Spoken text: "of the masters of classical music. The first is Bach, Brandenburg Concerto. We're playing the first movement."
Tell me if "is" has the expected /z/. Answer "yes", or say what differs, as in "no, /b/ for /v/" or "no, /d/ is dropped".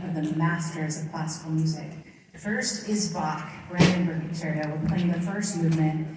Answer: yes